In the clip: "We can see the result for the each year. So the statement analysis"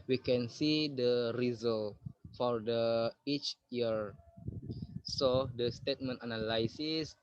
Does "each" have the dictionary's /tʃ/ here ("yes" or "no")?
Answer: yes